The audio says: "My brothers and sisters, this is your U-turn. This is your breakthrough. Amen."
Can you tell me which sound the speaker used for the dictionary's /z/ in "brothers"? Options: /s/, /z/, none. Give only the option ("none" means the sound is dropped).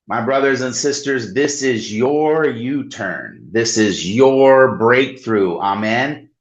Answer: /z/